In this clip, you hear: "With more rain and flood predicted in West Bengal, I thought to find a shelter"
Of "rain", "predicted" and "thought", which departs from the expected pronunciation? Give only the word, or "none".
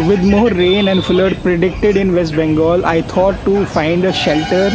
thought